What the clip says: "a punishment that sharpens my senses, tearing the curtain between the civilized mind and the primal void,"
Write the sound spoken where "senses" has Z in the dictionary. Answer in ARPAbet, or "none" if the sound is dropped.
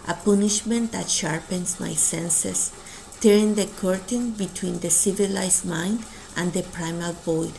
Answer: S